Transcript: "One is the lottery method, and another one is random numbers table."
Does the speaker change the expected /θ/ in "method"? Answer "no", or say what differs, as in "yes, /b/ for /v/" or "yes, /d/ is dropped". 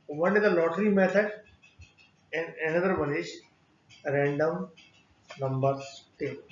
yes, /t/ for /θ/